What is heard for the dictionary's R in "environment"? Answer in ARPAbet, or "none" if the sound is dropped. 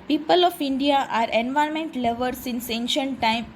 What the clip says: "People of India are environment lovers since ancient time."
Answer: none